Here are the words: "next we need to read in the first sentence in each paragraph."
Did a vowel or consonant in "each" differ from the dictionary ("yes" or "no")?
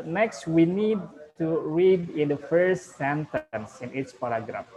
yes